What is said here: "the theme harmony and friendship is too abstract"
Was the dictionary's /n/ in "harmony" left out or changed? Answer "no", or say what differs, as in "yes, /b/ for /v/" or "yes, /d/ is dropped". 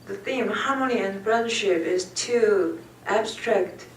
yes, /l/ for /n/